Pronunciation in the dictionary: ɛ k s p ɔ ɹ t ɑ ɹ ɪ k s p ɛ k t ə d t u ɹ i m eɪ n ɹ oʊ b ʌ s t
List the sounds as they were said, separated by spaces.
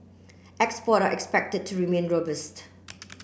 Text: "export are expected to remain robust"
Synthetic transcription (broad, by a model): ɛ k s p ɔ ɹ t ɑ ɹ ɪ k s p ɛ k t ə d t u ɹ i m eɪ n ɹ oʊ b ʌ s t